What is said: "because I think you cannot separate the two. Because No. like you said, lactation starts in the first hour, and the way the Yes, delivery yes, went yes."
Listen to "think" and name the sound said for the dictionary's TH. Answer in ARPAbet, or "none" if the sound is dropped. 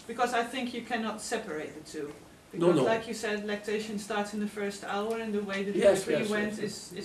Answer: TH